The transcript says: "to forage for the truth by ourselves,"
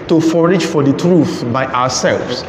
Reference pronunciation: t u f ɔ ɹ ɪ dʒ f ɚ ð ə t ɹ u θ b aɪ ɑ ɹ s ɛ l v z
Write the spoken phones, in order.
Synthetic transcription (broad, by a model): t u f ɔ ɹ ɪ dʒ f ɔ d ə t ɹ u θ b aɪ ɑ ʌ s ɛ l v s